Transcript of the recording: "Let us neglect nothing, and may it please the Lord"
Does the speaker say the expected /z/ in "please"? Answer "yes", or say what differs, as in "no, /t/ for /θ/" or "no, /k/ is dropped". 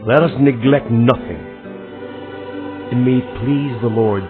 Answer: yes